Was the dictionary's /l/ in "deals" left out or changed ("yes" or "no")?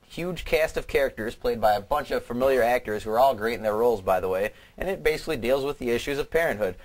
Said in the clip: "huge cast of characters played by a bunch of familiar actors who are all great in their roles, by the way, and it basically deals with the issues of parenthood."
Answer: no